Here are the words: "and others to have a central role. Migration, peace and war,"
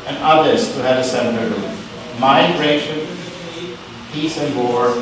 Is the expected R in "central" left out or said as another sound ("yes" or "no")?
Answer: yes